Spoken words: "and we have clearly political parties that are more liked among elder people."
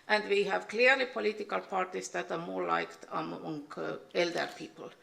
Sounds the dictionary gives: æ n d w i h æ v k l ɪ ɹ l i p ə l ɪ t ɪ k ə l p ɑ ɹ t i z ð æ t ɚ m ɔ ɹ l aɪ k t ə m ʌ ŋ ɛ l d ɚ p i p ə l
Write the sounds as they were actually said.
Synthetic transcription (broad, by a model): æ n d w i h æ v k l ɪ ɹ l i p ə l ɪ t ɪ k ə l p ɑ ɹ t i s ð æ t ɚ m ɔ ɹ l aɪ k t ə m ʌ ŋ ɛ l d ɚ p i p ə l